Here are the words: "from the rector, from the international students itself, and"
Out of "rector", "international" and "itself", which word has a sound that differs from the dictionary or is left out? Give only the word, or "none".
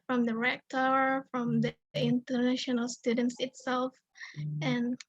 none